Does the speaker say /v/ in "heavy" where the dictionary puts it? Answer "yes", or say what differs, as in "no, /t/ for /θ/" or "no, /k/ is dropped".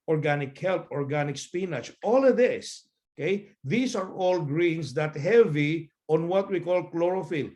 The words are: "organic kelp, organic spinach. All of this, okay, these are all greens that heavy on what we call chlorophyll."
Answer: yes